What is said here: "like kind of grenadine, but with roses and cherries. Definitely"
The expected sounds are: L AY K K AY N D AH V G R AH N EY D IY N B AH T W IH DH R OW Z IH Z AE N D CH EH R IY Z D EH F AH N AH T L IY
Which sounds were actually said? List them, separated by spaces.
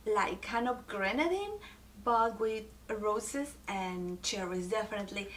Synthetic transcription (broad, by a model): L AY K K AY N AH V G R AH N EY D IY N B AH T W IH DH R OW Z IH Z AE N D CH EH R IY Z D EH F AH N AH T L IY